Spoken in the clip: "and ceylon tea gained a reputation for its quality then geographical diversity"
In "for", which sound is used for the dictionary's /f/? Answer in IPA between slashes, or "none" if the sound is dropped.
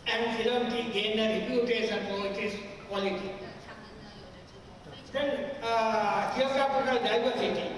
/p/